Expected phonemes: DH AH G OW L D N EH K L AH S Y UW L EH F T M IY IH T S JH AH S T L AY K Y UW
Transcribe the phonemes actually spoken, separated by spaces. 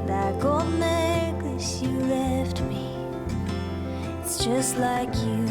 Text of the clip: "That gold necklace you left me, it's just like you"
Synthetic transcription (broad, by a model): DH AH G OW D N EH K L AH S Y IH L EH F T M IY IH T S JH AH S T L AY K Y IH